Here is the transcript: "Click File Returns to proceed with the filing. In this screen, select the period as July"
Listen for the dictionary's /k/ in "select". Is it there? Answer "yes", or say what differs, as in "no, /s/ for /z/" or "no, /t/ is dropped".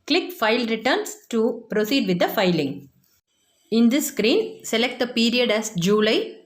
yes